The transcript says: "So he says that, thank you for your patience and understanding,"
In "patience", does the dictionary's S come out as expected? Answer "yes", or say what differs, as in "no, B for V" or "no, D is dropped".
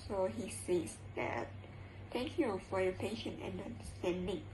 no, S is dropped